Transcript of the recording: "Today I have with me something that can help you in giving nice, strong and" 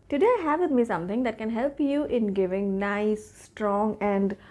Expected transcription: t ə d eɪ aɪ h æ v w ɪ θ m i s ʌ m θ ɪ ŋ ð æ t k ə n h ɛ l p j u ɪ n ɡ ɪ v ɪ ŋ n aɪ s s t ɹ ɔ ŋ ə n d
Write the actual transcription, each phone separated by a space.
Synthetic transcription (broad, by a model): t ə d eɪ aɪ h æ v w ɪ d m i s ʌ m t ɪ ŋ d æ t k ə n h ɛ l p j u ɪ n ɡ ɪ v ɪ ŋ n aɪ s s t ɹ ɔ ŋ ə n d